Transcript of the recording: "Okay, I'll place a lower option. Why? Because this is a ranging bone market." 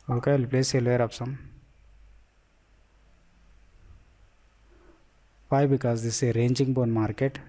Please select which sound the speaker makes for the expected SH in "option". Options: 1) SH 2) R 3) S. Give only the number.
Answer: 3